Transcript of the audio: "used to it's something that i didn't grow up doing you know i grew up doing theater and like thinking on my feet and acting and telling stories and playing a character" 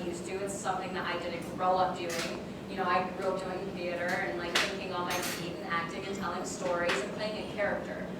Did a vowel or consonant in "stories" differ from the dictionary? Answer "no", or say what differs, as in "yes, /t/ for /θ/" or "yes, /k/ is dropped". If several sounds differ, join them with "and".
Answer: no